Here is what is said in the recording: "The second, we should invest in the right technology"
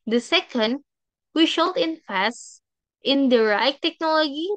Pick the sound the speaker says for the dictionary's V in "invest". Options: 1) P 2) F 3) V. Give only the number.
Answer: 2